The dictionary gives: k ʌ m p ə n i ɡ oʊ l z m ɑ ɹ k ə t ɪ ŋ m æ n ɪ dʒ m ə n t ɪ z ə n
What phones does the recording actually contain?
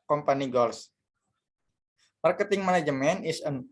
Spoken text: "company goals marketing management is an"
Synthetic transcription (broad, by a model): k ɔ m p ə n i ɡ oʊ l s m ɑ ɹ k ə t ɪ ŋ m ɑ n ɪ dʒ m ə n ɪ s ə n